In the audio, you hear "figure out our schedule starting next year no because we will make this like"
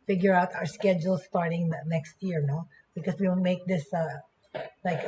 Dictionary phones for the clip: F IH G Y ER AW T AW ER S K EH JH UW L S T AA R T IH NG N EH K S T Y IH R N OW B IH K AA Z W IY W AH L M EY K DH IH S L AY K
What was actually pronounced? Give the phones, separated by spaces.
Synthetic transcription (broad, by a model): F IH G Y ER AW T AW ER S K EH JH UW L S T AA R T IH NG N EH K S T Y IH R N OW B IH K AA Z W IY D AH N M EY K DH IH S L AY K